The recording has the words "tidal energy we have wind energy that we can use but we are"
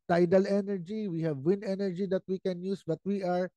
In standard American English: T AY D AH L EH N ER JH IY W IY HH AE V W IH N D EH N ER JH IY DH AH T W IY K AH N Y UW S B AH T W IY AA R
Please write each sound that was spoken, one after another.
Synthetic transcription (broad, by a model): T AY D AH L EH N ER JH IY W IY HH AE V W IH N EH N ER JH IY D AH T W IY K AH N Y UW S B AH T W IY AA R